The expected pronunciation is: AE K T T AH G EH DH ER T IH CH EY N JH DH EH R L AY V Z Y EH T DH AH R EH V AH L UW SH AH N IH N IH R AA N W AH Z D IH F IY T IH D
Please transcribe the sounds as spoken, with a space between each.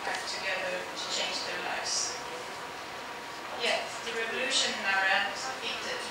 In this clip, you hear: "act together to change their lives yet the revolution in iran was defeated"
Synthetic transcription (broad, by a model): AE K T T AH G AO UH T IH CH EY N JH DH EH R L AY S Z Y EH DH AH R EH V AH L UW SH AH N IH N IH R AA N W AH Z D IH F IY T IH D